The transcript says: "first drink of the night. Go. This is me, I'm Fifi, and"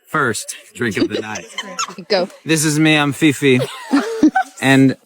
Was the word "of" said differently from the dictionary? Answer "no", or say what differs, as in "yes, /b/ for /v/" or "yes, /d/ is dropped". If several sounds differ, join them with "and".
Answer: yes, /p/ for /v/